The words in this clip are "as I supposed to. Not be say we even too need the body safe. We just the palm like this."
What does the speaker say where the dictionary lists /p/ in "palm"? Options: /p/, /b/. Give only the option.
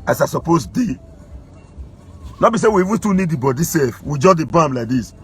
/b/